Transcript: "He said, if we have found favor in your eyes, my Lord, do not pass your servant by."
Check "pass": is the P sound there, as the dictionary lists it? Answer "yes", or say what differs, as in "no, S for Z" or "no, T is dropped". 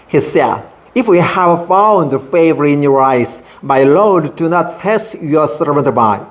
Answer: no, F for P